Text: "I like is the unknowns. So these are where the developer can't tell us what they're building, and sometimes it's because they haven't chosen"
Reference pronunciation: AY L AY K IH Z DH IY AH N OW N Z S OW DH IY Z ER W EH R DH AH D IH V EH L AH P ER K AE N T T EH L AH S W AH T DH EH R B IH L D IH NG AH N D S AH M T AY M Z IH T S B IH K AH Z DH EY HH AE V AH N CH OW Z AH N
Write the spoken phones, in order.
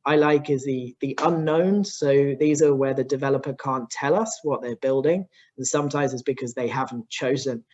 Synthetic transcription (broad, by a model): AY L AY K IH Z DH IY AH N OW N S OW DH IY Z ER W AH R DH AH D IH V EH L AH P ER K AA N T T EH L AH S W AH T DH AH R B IH L D IH NG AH N S AH M T AY M Z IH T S B IH K AH Z DH EY HH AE V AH N CH OW Z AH N